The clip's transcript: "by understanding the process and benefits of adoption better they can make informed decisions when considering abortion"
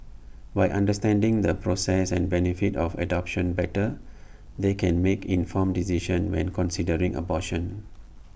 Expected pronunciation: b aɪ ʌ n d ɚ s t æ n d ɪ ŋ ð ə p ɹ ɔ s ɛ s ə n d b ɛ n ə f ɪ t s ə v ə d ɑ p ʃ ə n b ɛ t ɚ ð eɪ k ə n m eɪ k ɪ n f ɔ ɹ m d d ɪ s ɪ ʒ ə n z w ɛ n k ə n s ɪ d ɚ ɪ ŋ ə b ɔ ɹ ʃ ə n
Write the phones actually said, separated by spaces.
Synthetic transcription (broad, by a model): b aɪ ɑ n d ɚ s t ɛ n d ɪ ŋ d ə p ɹ ɔ s ɛ s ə n b ɛ n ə f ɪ t ə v ə d ɑ p ʃ ə n b ɛ t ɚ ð eɪ k ə n m eɪ k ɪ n f ɔ m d d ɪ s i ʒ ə n w ɛ n k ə n s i d ɚ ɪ ŋ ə b ɔ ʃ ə n